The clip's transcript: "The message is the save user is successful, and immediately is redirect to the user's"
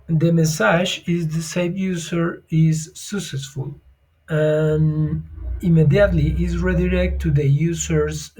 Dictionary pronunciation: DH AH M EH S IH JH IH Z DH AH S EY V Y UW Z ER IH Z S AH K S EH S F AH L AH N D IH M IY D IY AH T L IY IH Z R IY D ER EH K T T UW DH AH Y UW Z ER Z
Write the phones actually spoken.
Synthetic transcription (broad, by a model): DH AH M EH S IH ZH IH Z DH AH S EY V Y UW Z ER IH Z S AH K S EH S F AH L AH N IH M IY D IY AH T L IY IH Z R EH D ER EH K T T UW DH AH Y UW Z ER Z